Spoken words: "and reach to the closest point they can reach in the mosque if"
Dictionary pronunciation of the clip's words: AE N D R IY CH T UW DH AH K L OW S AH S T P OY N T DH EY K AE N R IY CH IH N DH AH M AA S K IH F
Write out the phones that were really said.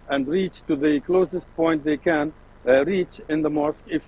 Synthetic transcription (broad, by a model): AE N D R IY CH T UW DH AH K L OW S AH S T P OY N T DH EY K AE N R IY CH IH N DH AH M AA S K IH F